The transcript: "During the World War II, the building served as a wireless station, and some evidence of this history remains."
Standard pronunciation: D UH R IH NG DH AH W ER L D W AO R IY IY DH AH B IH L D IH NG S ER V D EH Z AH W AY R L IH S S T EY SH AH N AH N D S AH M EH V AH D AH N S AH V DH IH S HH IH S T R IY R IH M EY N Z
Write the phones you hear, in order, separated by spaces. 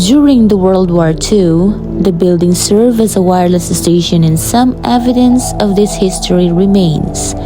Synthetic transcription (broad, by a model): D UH R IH NG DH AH W ER L D W AO R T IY DH AH B IH L D IH NG S ER V EH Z AH W AY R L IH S S T EY SH AH N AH N S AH M EH V AH D AH N S AH V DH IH S HH IH S T R IY R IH M EY N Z